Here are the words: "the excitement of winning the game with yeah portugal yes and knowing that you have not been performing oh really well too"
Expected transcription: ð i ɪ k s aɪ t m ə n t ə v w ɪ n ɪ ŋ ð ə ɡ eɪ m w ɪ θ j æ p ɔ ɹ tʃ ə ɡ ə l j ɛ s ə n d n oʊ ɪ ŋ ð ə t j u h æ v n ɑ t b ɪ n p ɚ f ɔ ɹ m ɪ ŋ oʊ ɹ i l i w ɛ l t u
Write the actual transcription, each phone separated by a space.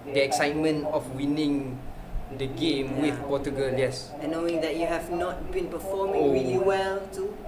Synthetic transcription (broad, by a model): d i ɪ k s aɪ t m ə n t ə f w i n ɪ ŋ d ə ɡ eɪ m w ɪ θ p ɔ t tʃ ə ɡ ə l j ɛ s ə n n oʊ ɪ ŋ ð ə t j u h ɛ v n ɑ t b ɪ n p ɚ f ɔ m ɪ oʊ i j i w ɛ l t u